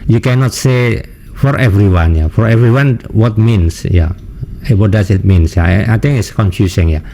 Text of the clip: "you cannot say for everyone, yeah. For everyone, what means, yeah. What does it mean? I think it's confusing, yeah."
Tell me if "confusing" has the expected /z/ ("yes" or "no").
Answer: no